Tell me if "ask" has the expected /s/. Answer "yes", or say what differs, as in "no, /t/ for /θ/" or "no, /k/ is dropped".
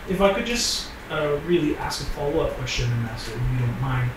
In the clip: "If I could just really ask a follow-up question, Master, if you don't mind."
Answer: yes